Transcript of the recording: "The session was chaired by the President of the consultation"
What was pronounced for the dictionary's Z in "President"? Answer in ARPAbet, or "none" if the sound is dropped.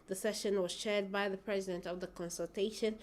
Z